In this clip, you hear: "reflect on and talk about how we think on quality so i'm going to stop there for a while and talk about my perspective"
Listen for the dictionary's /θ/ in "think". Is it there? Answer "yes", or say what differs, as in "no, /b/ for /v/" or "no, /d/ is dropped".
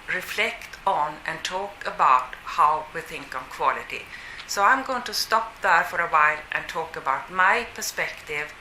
yes